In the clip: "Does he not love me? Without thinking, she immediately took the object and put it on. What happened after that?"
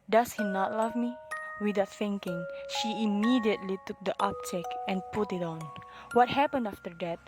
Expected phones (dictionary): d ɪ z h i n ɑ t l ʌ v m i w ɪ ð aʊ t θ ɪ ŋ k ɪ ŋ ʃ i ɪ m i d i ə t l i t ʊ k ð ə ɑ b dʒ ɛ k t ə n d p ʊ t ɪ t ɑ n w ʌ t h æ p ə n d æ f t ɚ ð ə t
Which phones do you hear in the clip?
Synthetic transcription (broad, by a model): d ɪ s h i n ɑ t l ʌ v m i w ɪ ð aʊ t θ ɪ ŋ k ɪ ŋ ʃ i ɪ m i d i ə t l i t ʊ k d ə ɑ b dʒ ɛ k ə n p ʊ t ɪ t ɑ n w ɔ t h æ p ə n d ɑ f t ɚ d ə t